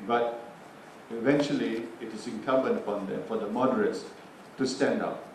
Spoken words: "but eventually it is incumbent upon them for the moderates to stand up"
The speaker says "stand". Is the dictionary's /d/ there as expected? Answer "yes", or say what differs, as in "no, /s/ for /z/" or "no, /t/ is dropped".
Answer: yes